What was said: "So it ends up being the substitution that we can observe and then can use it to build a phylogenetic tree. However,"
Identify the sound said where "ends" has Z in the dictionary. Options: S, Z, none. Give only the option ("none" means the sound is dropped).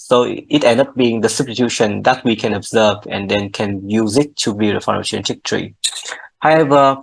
none